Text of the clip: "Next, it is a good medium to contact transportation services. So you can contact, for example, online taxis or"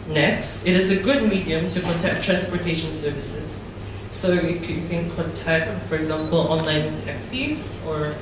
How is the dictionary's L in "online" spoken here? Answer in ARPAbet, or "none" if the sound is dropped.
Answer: L